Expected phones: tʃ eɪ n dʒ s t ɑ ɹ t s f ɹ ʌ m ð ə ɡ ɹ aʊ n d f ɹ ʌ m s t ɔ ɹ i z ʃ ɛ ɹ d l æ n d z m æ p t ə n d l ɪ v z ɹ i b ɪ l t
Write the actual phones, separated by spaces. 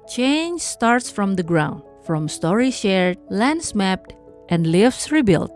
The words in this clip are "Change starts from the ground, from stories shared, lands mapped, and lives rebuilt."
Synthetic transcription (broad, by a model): tʃ eɪ n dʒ s t ɑ ɹ t s f ɹ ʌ m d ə ɡ ɹ aʊ n d f ɹ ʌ m s t ɔ ɹ i ʃ ɛ ɹ d l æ n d s m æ p t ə n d l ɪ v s ɹ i b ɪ l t